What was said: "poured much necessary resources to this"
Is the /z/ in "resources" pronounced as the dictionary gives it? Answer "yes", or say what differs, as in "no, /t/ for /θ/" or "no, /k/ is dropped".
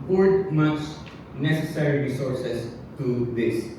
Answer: no, /s/ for /z/